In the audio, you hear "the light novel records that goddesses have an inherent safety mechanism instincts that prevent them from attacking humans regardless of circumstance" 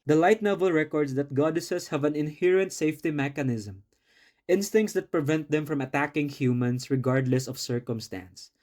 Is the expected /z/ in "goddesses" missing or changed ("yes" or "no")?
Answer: yes